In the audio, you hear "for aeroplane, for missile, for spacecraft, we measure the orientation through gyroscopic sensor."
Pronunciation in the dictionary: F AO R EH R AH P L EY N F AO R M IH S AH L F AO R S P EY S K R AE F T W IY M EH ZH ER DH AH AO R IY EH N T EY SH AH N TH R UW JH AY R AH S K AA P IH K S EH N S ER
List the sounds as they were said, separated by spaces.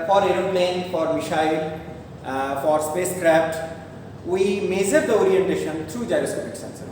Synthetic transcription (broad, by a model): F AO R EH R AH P L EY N F AO R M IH SH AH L F AO R S P EY S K R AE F T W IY M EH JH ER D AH AO R IY EH N T EY SH AH N T R UW JH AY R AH S K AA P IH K S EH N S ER